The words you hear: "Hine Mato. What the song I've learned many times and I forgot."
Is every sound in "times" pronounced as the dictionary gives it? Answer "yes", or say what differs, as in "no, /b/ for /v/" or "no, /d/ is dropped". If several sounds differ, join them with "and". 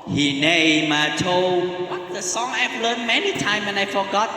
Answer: no, /z/ is dropped